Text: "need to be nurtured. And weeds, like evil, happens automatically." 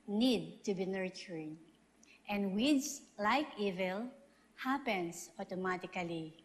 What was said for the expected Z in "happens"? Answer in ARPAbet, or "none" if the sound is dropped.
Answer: S